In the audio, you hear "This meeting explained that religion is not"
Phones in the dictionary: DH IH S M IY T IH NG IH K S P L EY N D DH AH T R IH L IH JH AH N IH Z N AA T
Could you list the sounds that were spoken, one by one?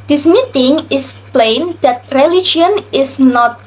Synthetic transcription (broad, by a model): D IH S M IY T IH NG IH S P L EY N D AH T R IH L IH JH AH N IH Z N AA T